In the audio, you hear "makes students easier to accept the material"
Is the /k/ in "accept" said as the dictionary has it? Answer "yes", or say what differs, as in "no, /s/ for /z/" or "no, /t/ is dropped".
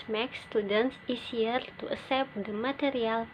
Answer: no, /k/ is dropped